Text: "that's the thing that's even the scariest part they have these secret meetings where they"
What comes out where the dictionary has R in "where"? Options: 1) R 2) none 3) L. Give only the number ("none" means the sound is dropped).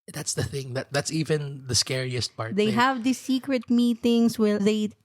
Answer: 3